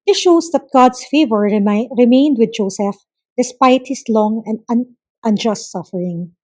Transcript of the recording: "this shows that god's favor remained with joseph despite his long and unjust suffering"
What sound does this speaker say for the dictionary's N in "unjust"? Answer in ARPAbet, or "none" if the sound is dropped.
N